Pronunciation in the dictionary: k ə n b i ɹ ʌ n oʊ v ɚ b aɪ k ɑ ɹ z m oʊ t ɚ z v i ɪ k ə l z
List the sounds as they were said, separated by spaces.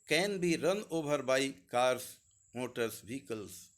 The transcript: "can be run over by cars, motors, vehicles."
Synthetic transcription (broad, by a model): k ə n b i ɹ ʌ n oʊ b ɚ b aɪ k ɑ ɹ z m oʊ t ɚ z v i k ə l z